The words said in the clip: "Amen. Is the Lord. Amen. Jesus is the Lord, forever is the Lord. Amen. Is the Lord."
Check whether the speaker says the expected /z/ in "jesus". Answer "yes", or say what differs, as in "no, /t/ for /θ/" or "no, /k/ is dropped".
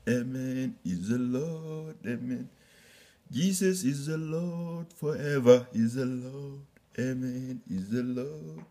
no, /s/ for /z/